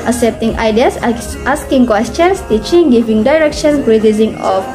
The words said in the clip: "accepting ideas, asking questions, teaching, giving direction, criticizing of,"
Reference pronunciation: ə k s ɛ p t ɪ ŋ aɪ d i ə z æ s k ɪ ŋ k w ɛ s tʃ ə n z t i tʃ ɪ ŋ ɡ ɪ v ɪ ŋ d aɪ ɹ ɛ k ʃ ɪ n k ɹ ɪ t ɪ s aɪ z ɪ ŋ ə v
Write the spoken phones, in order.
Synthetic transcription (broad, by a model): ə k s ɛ p t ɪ ŋ aɪ d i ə s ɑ s k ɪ ŋ k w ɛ s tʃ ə n s t i tʃ ɪ ŋ ɡ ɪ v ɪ ŋ d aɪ ɹ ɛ k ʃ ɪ n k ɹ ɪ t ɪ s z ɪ ŋ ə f